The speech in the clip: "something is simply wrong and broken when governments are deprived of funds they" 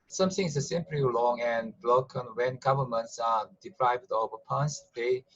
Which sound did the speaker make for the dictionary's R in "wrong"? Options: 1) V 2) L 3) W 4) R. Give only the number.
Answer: 2